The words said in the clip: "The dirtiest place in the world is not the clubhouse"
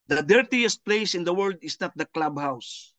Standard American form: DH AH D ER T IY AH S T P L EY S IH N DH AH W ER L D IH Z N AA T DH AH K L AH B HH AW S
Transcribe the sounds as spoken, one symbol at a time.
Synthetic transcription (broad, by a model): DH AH D ER T IY AH S T P L EY S IH N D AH W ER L D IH S N AA T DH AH K L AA B HH AW S